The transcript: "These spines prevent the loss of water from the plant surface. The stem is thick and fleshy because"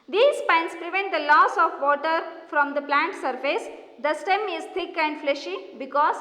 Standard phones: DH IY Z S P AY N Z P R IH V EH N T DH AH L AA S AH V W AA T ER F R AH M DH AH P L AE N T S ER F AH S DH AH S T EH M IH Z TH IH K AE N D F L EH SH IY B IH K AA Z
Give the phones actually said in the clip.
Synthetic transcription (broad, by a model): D IY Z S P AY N S P R IH V EH N T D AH L AA S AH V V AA T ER F R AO M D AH P L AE N T S ER F AH S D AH S T EH M IH Z T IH K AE N D F L EH SH IY B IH K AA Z